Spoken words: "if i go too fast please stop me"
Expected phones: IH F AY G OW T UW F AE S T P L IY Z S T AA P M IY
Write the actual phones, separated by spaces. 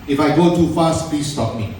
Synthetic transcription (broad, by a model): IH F AY G OW T UW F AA S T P IY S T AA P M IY